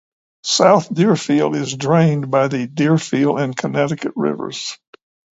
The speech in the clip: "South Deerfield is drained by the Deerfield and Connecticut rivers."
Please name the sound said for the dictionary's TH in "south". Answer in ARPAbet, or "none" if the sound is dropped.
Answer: TH